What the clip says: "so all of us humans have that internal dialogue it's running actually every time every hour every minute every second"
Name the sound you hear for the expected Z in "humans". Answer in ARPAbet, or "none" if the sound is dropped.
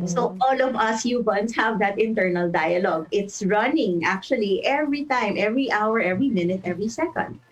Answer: S